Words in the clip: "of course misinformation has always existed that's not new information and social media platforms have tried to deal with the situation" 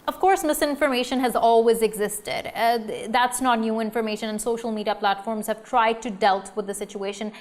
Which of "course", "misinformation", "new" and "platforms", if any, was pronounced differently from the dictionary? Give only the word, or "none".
none